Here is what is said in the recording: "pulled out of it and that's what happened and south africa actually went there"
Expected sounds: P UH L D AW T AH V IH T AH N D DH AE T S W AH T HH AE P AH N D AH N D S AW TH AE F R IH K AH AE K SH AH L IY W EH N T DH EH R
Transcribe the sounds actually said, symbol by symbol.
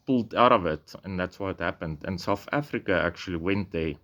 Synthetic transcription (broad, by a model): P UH L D AW T AH V IH T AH N DH AE T S W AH T HH AE P AH N D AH N S AW TH AE F R IH K AH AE K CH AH L IY W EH N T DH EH